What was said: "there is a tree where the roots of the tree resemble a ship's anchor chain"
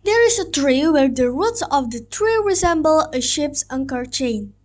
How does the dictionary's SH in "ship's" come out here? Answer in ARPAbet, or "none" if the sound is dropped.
SH